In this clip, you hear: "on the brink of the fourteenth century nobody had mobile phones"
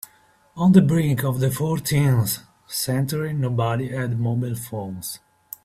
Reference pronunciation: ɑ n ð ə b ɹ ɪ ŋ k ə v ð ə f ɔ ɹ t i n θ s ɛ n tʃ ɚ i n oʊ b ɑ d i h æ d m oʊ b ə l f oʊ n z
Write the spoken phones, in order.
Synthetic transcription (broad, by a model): ɑ n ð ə b ɹ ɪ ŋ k ə v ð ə f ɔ ɹ t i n s s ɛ n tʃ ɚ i n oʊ b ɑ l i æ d m oʊ b ə l f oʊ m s